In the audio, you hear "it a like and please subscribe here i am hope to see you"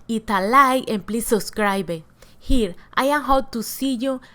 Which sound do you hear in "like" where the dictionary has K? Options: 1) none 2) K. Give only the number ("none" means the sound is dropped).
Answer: 1